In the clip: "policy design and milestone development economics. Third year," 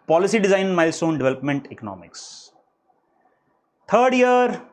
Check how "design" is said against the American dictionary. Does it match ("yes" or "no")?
no